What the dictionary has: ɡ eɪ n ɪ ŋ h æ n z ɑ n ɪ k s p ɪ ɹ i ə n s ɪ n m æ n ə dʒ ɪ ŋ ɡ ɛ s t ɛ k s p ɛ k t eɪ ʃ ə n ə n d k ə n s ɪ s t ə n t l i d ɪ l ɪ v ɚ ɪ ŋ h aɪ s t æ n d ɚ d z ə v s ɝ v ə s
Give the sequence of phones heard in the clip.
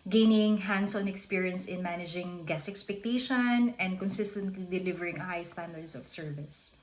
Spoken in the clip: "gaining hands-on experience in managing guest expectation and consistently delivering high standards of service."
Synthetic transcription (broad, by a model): ɡ eɪ n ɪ ŋ h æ n s ɑ n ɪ k s p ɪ ɹ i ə n s ɪ n m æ n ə dʒ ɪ ŋ ɡ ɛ s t ɛ k s p ɛ k t eɪ ʃ ə n ə n d k ə n s ɪ s t ə n t l i d ɪ l ɪ v ɚ ɪ ŋ h aɪ s t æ n d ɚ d s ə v s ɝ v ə s